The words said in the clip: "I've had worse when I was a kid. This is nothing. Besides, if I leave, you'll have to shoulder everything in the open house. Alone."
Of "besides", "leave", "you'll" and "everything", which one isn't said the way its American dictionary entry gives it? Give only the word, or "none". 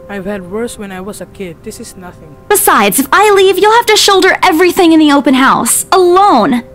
none